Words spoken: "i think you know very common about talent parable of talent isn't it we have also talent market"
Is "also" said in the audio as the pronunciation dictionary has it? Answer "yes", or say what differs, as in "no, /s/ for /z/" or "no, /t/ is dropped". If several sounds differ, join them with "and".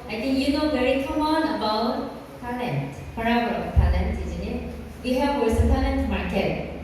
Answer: no, /l/ is dropped